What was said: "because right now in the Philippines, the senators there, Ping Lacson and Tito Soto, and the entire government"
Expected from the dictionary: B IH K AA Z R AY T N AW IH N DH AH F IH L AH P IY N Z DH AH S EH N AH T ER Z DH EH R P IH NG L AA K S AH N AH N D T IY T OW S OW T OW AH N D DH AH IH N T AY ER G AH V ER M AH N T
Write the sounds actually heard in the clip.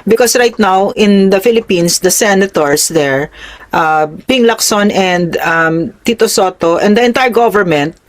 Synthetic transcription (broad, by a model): B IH K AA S R AY T N AW IH N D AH F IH L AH P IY N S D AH S EH N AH T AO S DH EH R P IH NG L AA K S AH N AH N D T IY T OW S OW T OW AH N D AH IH N T AY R G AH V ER M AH N T